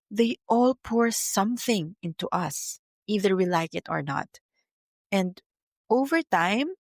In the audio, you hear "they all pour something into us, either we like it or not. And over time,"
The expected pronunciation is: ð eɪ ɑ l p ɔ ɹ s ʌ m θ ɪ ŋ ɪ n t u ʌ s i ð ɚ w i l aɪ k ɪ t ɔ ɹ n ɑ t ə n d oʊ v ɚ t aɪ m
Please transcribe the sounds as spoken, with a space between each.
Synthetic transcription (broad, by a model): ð eɪ ɑ l p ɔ ɹ s ʌ m θ ɪ ŋ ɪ n t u ʌ s i ð ɚ w i l aɪ k ɪ t ɔ ɹ n ɑ t ə n d oʊ v ɚ t aɪ m